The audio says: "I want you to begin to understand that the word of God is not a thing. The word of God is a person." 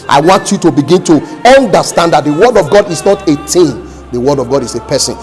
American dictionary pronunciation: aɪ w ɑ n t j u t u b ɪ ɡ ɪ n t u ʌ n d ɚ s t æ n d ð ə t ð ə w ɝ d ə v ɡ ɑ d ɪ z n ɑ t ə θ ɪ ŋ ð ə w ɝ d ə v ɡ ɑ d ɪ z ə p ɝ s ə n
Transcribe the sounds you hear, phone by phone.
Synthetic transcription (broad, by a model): aɪ w ɑ n t j u t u b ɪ ɡ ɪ n t u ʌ n d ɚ s t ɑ n d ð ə t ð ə w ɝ d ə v ɡ ɑ d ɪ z n ɑ t ə t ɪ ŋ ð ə w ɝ d ə v ɡ ɑ d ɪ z ə p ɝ s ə n